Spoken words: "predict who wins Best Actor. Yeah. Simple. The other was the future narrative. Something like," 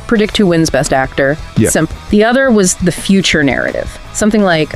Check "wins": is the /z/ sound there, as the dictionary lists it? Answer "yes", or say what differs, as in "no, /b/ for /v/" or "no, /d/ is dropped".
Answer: yes